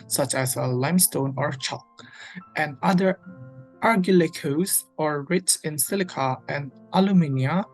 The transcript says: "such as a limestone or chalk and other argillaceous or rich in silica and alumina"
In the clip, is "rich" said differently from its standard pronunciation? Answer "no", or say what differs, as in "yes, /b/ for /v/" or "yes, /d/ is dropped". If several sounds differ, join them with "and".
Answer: yes, /s/ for /tʃ/